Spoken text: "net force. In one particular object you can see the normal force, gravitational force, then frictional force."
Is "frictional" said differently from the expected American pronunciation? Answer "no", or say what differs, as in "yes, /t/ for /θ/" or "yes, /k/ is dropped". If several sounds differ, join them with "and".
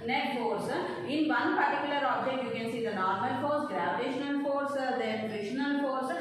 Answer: yes, /k/ is dropped